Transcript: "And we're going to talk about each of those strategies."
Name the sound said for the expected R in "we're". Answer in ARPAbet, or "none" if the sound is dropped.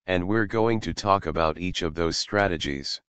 R